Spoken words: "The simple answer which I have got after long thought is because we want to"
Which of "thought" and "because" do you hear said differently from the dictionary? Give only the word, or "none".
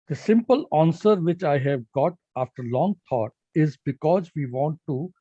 thought